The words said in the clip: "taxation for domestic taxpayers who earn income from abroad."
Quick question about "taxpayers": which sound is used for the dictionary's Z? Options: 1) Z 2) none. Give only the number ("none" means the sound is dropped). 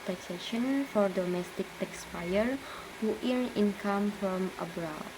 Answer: 2